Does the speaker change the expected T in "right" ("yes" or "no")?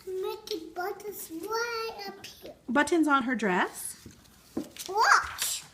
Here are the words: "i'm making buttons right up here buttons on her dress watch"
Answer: yes